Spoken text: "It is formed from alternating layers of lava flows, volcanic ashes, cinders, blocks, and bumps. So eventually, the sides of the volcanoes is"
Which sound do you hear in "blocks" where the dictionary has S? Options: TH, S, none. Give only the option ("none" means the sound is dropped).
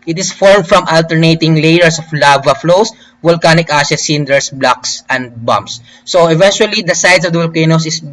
S